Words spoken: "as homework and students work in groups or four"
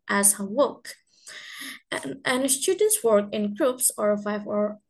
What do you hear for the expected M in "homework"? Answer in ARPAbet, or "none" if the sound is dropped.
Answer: none